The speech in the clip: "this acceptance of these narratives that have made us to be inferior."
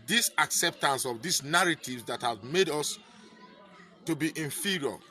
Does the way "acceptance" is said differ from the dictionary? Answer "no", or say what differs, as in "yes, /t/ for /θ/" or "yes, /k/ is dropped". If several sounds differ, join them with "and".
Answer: no